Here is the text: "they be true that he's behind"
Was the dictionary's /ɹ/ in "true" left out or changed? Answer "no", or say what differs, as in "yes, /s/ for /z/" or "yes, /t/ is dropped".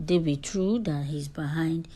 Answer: no